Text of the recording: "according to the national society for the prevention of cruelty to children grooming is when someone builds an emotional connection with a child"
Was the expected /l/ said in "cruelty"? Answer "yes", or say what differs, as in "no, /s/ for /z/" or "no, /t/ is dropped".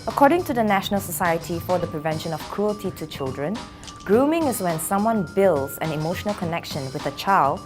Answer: yes